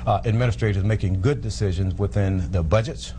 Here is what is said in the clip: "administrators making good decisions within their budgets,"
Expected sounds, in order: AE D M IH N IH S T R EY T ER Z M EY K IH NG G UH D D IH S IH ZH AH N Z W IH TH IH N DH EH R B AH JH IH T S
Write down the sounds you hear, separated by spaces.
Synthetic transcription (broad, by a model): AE D M IH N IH S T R EY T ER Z M EY K IH NG G UH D D IH S IH ZH AH N Z W IH TH IH N DH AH B AH JH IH T S